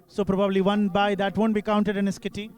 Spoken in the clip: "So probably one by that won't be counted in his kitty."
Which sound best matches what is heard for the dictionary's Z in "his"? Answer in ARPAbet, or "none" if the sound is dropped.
S